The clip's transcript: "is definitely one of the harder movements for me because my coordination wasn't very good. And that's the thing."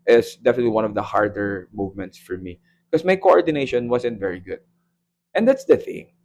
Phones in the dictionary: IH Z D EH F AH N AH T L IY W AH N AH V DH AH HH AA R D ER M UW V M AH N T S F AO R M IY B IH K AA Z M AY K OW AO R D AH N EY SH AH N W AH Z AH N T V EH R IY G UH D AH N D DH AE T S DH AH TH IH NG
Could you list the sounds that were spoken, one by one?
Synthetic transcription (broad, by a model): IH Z D EH F AH N AH T L IY W AH N AH V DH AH HH AA R D ER M UW V M AH N T S F AO R M IY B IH K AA S M AY K OW AO R D AH N EY SH AH N W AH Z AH N T V EH R IY G UH D AH N D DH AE T S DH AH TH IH NG